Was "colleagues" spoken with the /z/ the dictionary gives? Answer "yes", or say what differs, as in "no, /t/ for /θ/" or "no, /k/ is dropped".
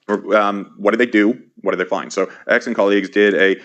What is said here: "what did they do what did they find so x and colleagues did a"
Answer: yes